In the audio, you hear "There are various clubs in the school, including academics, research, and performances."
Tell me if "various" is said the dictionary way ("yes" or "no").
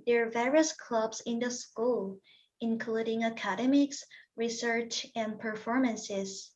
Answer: yes